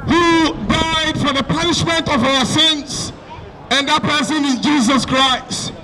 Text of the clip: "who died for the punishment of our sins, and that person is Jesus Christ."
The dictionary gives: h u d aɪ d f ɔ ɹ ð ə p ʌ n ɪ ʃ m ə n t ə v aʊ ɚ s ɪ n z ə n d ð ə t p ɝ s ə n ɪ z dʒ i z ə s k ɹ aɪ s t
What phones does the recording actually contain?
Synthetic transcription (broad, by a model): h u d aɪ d f ɔ ɹ ð ə p ʌ n ɪ ʃ m ə n t ə v aʊ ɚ s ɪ n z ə n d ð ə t p ɝ s ə n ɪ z dʒ i z ə s k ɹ aɪ s t